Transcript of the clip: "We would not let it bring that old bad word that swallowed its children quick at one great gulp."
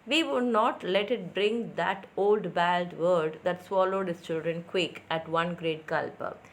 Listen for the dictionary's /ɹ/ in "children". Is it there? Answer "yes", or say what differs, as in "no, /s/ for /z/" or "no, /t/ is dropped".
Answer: yes